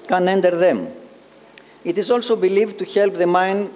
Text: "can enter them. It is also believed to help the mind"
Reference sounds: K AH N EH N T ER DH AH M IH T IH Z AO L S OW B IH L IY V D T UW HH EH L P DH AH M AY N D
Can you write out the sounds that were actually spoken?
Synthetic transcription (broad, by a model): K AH N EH N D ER DH AH M IH T IH Z AO L S OW B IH L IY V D T UW HH EH L P DH AH M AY N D